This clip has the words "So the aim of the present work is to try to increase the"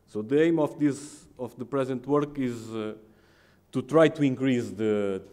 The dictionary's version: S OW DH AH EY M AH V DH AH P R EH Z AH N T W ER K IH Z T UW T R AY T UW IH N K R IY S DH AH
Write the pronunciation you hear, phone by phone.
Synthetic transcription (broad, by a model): S OW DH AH EY M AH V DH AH P R EH Z AH N T W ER K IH Z T UW T R AY T UW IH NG K R IY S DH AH